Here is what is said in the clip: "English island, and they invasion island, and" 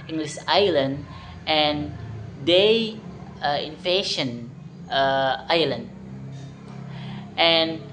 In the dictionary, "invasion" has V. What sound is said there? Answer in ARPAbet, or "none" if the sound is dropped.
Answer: F